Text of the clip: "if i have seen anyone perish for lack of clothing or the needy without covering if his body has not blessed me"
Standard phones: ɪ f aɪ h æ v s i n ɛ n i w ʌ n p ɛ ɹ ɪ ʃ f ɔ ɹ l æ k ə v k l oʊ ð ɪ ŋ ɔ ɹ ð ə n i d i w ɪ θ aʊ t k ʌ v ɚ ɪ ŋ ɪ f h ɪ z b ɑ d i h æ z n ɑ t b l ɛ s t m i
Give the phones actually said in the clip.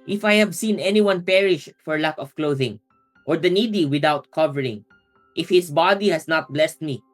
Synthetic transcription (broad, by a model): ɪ f aɪ h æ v s i n ɛ n i w ʌ n p ɛ ɹ ɪ ʃ f ɔ ɹ l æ k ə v k l oʊ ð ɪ ŋ ɔ ɹ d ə n i d i w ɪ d aʊ t k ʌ v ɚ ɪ ŋ ɪ f h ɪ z b ɑ d i h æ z n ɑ t b l ɛ s t m i